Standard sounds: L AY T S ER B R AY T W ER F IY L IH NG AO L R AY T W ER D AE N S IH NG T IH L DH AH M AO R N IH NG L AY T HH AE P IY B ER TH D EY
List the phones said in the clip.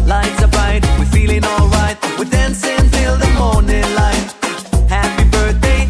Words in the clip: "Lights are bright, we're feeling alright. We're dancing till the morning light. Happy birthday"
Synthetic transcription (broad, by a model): L AY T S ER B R AY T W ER F IY L IH NG AO L R AY T W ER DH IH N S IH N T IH L DH AH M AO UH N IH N L AY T HH AE P IY B ER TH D EY